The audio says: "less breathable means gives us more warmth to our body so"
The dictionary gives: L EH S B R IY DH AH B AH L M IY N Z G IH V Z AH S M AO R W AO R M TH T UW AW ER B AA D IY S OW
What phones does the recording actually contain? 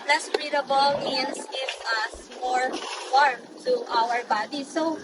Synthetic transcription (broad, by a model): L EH S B R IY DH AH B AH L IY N S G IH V AH S M AO R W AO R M T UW AW ER B AA D IY S OW